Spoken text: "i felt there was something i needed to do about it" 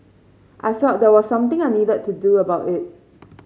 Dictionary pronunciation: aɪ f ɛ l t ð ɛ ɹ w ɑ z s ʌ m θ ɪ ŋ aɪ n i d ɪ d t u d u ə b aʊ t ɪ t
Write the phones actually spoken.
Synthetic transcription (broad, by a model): aɪ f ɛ t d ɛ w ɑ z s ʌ m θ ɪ ŋ aɪ n i d ɪ d t u d u ə b aʊ t ɪ t